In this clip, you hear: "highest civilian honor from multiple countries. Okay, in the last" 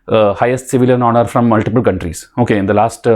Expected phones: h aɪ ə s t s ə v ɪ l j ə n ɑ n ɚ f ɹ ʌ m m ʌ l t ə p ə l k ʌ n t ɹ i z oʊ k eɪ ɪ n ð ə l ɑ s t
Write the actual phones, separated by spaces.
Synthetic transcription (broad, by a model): h aɪ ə s t s ə v ɪ l j ə n ɑ n ɚ f ɹ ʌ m m ʌ l t ə p ə l k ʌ n t ɹ i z oʊ k eɪ ɪ n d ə l ɑ s t